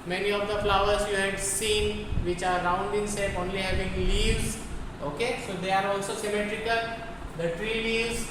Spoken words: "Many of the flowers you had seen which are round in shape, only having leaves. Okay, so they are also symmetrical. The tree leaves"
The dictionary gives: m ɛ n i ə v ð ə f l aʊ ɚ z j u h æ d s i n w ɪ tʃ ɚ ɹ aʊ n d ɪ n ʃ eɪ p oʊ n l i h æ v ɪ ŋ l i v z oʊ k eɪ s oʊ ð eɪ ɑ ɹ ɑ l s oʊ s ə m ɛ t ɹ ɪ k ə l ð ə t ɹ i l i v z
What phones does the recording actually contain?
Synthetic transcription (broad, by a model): m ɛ n i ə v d ə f l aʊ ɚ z j u h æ d s i n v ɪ tʃ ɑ ɹ aʊ n d ɪ n s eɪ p oʊ n l i h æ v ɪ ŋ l i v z oʊ k eɪ s oʊ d eɪ ɑ ɹ ɑ l s oʊ s ə m ɛ t ɹ ɪ k ə l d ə t ɹ i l i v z